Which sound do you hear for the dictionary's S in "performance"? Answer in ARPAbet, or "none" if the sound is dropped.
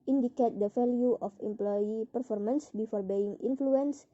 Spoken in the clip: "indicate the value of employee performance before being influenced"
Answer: S